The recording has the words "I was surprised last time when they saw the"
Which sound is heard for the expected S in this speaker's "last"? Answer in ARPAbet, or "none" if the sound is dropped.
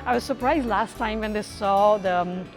S